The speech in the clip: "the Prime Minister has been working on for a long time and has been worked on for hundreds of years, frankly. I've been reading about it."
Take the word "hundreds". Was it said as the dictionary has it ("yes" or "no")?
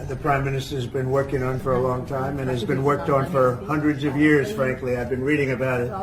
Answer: yes